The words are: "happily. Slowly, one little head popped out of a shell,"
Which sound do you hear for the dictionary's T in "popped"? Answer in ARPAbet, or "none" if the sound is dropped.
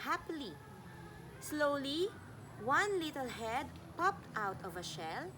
T